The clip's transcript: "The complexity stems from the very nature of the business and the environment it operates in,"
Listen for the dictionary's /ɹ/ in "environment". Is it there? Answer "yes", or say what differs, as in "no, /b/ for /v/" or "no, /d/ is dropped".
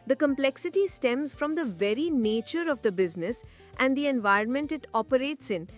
no, /ɹ/ is dropped